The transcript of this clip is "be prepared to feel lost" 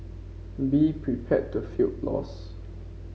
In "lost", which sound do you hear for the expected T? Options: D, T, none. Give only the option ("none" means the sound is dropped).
none